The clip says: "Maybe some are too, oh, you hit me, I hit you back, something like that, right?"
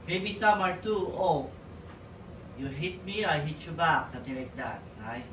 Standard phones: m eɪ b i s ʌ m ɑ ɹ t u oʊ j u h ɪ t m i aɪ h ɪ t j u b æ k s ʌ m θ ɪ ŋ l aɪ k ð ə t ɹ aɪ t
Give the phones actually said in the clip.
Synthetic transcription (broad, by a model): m eɪ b i s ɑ m ɑ ɹ t u oʊ j u h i t m i aɪ h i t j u b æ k s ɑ m t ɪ ŋ l aɪ k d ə t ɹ aɪ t